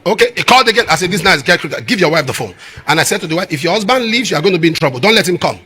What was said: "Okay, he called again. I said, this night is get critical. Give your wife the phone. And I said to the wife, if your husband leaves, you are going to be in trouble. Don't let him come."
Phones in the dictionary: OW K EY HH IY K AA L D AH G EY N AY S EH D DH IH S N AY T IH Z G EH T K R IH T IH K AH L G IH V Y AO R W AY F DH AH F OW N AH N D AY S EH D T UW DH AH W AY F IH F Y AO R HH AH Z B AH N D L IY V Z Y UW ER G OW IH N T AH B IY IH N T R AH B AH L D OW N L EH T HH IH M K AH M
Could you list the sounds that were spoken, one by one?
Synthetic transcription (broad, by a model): OW K EY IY K AA L D AH G EY N AY S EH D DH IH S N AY IH S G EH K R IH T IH G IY V Y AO W AY F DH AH F OW N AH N AY S EH D T UW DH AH W AY F IH F Y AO HH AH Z B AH N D L IY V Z Y UW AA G OW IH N T AH B IY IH N T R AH B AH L D OW N L EH T HH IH M K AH M